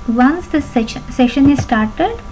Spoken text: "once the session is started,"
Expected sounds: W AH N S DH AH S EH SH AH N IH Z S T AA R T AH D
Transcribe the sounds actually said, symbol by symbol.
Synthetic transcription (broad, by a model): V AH N S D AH S EH SH AH N IH Z S T AA R T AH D